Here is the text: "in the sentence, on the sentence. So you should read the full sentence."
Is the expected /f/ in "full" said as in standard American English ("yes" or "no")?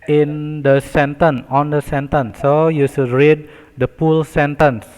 no